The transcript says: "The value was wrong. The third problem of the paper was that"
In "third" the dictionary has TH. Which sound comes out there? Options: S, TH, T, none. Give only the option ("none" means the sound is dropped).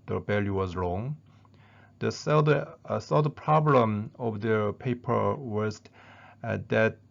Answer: S